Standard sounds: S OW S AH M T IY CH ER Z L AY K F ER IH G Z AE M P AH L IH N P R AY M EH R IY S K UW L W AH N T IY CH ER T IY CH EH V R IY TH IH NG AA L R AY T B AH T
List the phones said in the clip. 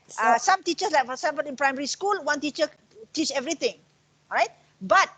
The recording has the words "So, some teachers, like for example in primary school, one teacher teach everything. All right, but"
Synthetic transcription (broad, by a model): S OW S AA M T IY CH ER S L AY K F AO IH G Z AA M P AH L IH N P R AY M EH R IY S K UW L W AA N T IY CH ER T IY CH EH V R IY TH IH NG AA R AY T B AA T